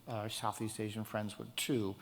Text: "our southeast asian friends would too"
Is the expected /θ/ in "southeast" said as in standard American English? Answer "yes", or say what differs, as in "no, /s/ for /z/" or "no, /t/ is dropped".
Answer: yes